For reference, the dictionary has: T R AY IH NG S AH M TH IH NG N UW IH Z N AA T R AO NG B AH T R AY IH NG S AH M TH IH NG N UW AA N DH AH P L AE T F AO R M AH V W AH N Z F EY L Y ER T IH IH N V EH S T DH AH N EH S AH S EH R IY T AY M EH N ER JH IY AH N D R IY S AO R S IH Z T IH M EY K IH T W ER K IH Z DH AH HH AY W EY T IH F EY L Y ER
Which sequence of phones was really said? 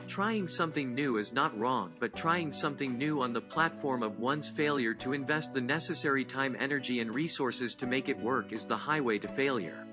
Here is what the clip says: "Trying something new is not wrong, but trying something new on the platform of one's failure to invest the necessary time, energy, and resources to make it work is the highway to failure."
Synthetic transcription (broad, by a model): T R AY IH NG S AH M TH IH NG N UW IH Z N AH T R AO NG B AH T R AY IH NG S AH M TH IH NG N UW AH N DH AH P L AE T F AO R M AH V W AH N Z F EY L Y ER T IH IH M V EH S T DH AH N EH S AH S EH R IY T AY M EH N ER JH IY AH N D R IY S AO R S IH Z T IH M EY K IH T W ER K IH Z DH AH HH AY W EY T IH F EY L Y ER